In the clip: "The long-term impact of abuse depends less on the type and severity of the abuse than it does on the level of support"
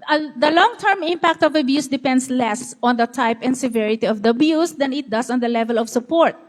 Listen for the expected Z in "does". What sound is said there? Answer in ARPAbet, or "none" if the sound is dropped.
S